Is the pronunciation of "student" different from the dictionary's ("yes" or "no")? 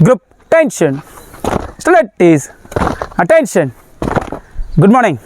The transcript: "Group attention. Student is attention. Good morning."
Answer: yes